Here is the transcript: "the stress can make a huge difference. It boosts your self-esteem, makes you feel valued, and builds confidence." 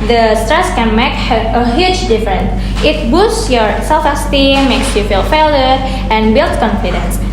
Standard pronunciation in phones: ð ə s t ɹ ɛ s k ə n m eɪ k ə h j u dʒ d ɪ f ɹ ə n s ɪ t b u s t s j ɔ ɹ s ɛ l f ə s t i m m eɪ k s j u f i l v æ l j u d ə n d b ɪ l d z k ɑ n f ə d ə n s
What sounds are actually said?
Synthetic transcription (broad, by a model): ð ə s t ɹ ɛ s k ə n m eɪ k ə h j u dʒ d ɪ f ɹ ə n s ɪ t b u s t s j ɔ ɹ s ɛ l f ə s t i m m eɪ k s j u f i l f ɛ l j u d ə n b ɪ l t k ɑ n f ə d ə n s